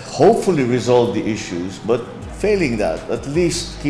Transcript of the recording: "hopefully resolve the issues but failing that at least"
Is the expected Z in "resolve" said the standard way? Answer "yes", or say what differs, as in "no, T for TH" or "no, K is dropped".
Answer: yes